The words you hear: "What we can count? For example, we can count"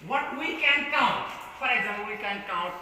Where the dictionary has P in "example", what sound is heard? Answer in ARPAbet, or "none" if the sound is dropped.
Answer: none